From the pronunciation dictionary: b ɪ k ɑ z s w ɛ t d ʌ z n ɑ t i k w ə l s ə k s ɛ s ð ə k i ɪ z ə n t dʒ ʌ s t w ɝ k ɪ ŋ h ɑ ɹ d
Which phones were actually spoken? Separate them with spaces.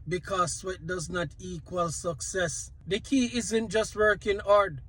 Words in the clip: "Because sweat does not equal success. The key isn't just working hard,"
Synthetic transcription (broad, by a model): b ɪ k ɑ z s w ɛ t d ʌ z n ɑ t i k w ə l s ə k s ɛ s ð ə k i ɪ z ə n t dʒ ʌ s t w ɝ k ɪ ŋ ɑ ɹ d